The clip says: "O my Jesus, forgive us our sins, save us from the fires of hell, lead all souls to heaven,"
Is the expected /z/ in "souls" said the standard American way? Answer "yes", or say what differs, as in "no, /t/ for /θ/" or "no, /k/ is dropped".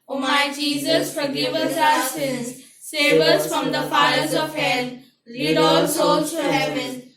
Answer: no, /z/ is dropped